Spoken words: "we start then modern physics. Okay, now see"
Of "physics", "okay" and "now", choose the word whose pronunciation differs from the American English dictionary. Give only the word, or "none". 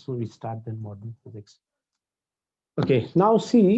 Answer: none